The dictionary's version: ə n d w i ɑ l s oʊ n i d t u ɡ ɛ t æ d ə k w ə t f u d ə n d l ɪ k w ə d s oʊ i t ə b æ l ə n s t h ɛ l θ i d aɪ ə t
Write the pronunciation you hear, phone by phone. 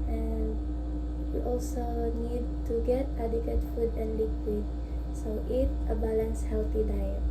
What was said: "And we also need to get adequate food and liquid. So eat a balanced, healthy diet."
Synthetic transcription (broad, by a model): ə n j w ɑ l s oʊ n i d t u ɡ ɛ t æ d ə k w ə t f u d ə n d l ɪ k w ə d s oʊ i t ə b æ l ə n s h ɛ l t i d aɪ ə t